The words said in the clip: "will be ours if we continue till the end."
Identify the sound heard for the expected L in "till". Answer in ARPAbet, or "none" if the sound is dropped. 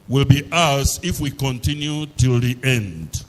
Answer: L